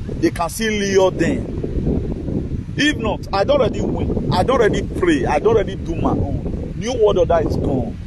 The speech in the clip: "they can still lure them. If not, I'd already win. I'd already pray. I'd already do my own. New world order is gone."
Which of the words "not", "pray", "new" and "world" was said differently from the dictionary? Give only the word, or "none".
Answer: world